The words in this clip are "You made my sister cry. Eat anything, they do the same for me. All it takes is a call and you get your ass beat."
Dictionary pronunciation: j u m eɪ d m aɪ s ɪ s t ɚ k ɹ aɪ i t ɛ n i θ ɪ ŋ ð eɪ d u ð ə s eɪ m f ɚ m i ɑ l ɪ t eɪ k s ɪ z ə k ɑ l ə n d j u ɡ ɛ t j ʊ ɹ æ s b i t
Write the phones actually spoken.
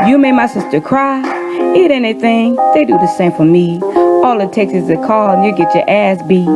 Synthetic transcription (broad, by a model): j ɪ m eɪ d m aɪ s ɪ s t ɚ k ɹ aɪ i t ɛ n i θ ɪ ŋ ð eɪ d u ð ə s eɪ m f ɚ m i ɑ l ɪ t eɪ k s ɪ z ə k ɑ l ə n j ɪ ɡ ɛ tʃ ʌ ɹ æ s b i